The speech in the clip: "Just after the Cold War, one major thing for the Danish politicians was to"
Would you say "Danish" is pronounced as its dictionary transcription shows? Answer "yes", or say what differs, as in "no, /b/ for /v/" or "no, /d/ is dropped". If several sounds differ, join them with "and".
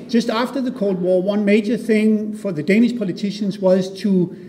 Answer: yes